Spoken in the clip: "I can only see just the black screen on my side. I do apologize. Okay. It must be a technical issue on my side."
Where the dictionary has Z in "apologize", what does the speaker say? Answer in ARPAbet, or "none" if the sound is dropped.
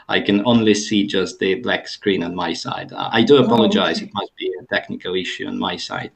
Z